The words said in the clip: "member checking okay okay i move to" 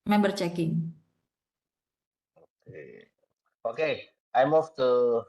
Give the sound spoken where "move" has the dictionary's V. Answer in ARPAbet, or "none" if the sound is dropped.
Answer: F